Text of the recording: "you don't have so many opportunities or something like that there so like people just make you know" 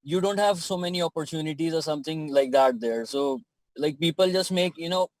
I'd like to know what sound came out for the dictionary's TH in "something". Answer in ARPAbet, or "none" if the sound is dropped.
T